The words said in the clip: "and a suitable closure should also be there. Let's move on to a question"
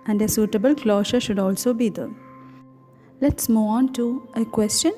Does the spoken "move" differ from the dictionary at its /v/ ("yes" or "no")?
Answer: yes